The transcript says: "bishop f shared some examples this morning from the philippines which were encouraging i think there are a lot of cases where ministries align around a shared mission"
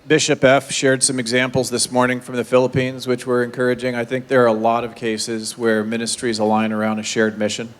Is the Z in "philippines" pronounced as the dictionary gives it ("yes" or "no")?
yes